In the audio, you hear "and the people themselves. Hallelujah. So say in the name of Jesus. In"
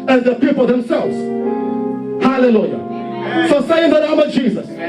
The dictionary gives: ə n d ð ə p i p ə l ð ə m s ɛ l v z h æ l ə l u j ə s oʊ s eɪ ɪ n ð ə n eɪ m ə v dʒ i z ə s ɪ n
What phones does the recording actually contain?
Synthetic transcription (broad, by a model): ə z ð ə p i p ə l ð ə m s ɛ l v z h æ l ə l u j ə s oʊ s eɪ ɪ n ð ə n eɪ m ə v dʒ i z ə s